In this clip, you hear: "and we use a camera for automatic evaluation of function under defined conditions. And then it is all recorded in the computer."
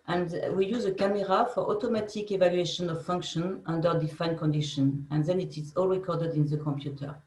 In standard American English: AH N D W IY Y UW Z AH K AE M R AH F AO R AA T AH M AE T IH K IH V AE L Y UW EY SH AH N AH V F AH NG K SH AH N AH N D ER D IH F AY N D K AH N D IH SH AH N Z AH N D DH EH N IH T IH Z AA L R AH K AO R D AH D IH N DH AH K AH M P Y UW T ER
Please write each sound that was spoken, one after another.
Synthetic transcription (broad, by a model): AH N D W IY Y UW Z AH K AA M R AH F AO R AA T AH M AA T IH K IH V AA L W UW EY SH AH N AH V F AH NG K SH AH N AH N D ER D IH F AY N K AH N D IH SH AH N AH N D DH EH N IH T IH Z AA L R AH K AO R D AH D IH N DH AH K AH M P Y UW T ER